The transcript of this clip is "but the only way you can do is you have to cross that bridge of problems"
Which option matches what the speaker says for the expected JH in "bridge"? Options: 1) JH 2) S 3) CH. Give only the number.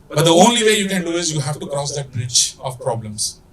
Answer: 3